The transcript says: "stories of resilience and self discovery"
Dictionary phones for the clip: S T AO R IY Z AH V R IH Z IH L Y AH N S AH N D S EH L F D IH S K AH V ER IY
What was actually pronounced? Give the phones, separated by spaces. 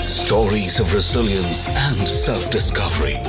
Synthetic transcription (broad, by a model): S T AO R IY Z AH V R IH Z IH L Y AH N S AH N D S EH L F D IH S K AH V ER IY